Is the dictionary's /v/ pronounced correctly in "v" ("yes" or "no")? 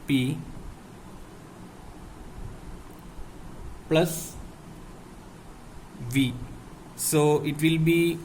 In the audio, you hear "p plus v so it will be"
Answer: yes